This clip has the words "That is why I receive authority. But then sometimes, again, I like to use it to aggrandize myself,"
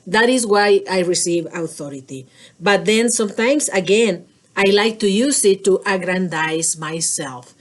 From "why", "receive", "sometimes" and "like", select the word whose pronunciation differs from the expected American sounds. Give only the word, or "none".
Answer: sometimes